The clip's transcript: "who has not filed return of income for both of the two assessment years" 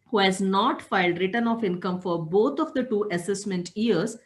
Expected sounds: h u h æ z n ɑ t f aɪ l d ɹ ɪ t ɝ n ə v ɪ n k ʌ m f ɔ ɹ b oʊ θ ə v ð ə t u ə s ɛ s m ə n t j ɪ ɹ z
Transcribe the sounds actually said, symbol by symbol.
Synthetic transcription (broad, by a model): h u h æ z n ɑ t f aɪ l d ɹ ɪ t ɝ n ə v ɪ n k ʌ m f ɔ ɹ b oʊ t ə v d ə t u ə s ɛ s m ə n t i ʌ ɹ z